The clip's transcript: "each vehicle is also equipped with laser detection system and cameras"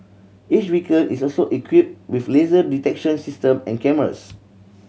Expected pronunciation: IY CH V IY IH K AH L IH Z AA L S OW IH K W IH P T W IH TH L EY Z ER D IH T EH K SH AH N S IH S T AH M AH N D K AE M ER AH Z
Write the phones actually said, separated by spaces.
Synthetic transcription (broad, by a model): IY CH W IY K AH N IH S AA L S OW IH K W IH P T W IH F L EY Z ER D IH T EH K SH AH N S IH S T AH M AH N K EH M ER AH S